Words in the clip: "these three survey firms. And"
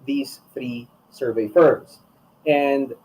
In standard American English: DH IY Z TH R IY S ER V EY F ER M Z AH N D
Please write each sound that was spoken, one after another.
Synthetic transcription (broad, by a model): DH IY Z TH R IY S ER V EY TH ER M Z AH N D